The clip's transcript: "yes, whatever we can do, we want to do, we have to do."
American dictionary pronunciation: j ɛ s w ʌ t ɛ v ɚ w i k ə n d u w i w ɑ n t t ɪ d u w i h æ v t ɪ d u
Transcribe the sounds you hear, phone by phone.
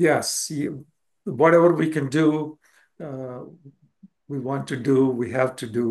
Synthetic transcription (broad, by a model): j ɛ s w ʌ t ɛ v ɚ w i k ə n d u w i w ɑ n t t ɪ d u w i h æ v t ɪ d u